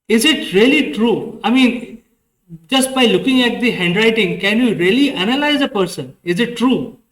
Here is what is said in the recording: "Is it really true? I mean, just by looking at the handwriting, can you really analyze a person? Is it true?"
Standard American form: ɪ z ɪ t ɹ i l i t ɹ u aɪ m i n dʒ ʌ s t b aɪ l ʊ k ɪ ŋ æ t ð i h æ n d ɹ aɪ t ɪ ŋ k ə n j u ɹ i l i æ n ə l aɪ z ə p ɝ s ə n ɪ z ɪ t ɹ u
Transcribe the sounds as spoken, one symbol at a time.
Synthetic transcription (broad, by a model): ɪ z ɪ t ɹ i l i t ɹ u aɪ m i n dʒ ʌ s t b aɪ l ʊ k ɪ ŋ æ t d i h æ n d ɹ aɪ t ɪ ŋ k ə n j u ɹ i l i æ n ə l aɪ z ə p ɝ s ə n ɪ z ɪ t ɹ u